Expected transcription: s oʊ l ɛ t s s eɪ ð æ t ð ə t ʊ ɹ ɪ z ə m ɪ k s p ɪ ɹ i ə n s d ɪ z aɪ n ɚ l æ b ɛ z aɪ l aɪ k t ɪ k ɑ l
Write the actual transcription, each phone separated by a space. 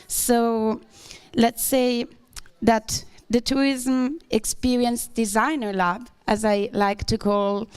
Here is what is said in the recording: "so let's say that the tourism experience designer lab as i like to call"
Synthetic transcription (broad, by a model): s oʊ l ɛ t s s eɪ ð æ t ð ə t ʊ ɹ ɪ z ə m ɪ k s p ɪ ɹ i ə n s d ɪ z aɪ n ɚ l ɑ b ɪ z aɪ l aɪ k t ɪ k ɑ l